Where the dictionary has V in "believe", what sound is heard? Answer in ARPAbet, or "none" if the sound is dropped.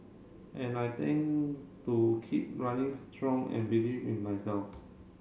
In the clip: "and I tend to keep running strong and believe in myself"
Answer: W